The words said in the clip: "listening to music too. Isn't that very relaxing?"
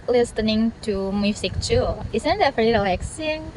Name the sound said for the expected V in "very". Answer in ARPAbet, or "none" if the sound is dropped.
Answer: F